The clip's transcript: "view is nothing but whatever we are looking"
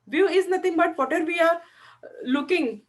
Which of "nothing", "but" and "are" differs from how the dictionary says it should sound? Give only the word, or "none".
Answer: nothing